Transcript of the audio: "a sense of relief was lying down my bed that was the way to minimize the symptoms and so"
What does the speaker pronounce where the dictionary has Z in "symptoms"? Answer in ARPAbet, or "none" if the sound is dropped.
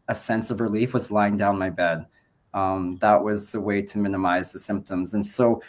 Z